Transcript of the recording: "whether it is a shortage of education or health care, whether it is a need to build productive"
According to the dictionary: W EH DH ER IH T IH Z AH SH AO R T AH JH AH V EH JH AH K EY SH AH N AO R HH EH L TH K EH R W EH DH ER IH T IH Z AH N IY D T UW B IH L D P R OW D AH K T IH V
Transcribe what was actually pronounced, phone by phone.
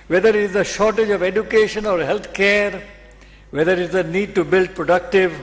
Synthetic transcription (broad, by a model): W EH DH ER IH T IH Z AH SH AO R T AH JH AH V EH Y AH K EY SH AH N AO R HH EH L T K EH R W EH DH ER IH T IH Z AH N IY D T UW B IH L D P R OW D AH K T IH V